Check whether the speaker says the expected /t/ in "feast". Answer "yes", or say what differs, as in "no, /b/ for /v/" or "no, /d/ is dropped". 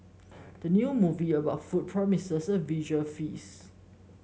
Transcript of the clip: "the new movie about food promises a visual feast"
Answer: no, /t/ is dropped